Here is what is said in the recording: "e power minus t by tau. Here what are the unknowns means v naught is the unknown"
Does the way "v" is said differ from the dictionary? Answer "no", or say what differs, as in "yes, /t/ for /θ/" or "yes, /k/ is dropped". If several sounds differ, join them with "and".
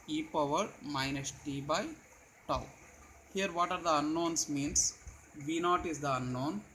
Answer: no